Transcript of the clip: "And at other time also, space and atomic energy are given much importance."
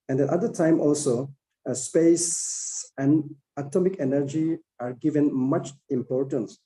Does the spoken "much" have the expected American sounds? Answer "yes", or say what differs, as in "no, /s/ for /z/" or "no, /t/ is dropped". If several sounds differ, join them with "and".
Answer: yes